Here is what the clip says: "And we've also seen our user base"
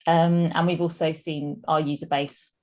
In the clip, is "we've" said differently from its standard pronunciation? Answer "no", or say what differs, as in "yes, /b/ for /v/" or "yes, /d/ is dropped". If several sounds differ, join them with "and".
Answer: no